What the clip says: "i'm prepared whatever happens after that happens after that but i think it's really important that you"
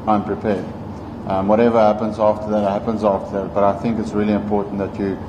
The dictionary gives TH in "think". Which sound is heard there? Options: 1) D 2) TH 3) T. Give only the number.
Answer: 2